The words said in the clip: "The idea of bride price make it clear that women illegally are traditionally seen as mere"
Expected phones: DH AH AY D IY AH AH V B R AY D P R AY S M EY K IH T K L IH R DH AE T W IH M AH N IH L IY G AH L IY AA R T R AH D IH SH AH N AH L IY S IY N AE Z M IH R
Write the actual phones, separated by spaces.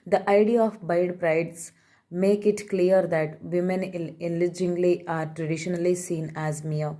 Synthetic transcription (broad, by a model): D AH AY D IY AH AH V B AY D P R AY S M EY K IH T K L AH R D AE T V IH M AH N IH L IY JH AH L IY AA R T R AH D IH SH AH N AH L IY S IY N AE Z M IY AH